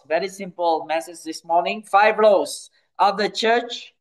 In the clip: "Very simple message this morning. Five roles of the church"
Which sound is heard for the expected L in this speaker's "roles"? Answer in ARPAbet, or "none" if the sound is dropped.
none